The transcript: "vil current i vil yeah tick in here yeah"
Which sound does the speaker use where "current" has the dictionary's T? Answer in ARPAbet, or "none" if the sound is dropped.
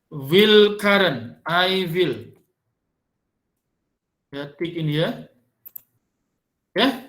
none